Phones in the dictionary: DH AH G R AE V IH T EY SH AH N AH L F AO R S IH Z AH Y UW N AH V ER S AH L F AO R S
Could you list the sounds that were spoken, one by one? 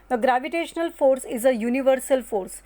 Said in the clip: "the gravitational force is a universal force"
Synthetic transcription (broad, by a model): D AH G R AE V IH T EY SH AH N AH L F AO R S IH Z AH Y UW N AH V ER S AH L F AO R S